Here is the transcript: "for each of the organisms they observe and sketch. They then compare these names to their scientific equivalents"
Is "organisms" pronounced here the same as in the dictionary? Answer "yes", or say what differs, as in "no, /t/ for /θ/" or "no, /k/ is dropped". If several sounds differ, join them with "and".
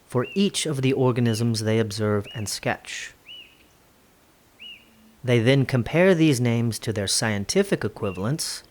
yes